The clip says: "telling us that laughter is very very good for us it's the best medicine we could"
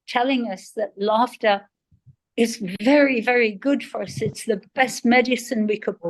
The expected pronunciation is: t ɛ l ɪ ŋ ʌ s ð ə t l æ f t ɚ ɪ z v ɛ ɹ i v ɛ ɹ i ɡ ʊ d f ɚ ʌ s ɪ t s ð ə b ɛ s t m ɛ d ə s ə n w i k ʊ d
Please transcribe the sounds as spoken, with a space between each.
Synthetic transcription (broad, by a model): t ɛ l ɪ ŋ ʌ s ð ə t l æ f t ɚ ɪ z v ɛ ɹ i v ɛ ɹ i ɡ ʊ d f ɚ ʌ s ɪ t s ð ə b ɛ s t m ɛ d ə s ə n w i k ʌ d